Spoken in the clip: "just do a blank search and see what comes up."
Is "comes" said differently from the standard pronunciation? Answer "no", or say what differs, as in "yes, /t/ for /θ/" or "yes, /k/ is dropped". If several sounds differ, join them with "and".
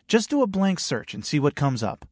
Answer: no